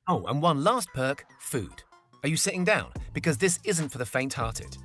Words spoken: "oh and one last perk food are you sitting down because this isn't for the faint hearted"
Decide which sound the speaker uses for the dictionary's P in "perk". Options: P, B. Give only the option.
P